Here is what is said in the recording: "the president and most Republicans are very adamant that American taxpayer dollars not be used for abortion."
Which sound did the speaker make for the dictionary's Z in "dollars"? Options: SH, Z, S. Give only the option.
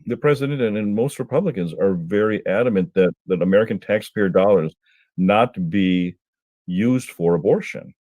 Z